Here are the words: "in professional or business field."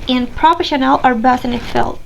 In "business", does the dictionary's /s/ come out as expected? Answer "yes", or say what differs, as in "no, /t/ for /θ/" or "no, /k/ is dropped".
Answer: no, /s/ is dropped